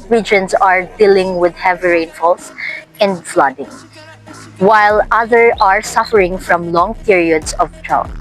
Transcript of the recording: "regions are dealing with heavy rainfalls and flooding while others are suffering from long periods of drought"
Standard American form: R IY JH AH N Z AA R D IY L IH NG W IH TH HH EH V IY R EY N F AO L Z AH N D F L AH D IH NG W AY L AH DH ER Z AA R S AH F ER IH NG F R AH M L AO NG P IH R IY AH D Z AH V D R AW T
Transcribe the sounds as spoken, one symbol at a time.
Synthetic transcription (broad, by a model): R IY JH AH N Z AA R D IY L IH NG W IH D HH EH V IY R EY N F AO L S AH N D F L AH D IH NG W AY L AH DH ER AA R S AH F ER IH NG F R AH M L AO NG P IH R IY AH D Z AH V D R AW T